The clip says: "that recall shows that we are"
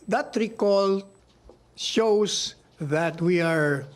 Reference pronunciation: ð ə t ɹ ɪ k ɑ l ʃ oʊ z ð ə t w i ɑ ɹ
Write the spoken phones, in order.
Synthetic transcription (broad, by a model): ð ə t ɹ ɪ k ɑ l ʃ oʊ s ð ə t w i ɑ ɹ